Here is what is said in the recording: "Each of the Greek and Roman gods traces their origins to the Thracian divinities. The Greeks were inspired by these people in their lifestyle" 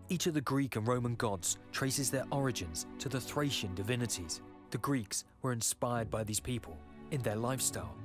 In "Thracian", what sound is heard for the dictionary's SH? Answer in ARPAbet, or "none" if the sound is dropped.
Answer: SH